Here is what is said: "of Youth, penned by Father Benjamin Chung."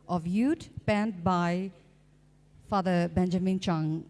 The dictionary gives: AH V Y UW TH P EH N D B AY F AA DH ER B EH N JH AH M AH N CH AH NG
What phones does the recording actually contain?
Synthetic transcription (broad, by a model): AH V Y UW T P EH N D B AY F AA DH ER B EH N JH AH M AH N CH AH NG